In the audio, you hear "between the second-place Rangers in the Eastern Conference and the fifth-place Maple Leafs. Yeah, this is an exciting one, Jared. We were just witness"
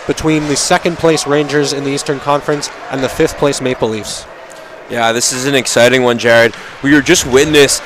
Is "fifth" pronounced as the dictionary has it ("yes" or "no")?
yes